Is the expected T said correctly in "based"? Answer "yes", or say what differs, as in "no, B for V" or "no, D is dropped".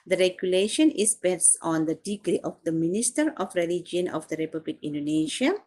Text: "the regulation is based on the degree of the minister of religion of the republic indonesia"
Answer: no, T is dropped